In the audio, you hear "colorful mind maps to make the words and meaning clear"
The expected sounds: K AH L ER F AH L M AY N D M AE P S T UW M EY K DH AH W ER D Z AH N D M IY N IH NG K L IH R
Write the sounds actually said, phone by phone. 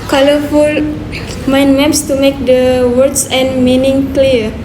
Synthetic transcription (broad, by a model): K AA L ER F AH L M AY N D M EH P S T UW M EY K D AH W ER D S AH N M IY N IH NG K L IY